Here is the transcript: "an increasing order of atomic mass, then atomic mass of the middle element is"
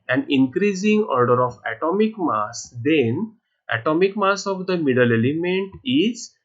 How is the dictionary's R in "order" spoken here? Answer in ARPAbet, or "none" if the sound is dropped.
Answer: R